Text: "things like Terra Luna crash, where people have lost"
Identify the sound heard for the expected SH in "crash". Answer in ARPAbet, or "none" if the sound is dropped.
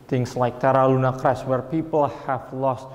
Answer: S